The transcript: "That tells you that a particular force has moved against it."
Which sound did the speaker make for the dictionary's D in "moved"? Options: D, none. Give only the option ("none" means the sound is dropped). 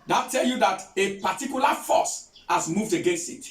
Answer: D